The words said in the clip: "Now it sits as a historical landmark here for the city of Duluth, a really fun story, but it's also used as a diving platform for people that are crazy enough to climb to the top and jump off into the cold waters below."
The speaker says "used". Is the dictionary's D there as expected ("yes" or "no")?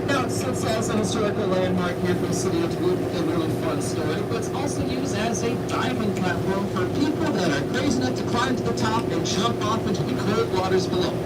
yes